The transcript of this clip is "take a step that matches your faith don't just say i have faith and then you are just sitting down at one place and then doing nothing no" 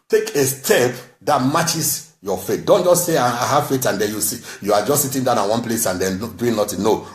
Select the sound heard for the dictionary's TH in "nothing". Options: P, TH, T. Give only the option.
T